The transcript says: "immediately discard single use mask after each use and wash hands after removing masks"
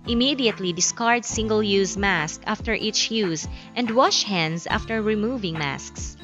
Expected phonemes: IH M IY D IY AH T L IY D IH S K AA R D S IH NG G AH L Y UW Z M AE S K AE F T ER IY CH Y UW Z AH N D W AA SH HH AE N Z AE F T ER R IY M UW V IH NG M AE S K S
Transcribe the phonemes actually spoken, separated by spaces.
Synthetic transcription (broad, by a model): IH M IY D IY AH T L IY D IH S K AA R D S IH NG G AH L Y UW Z M AE S K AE F T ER IY CH Y UW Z AH N D W AA SH HH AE N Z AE F T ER R IY M UW V IH NG M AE S K S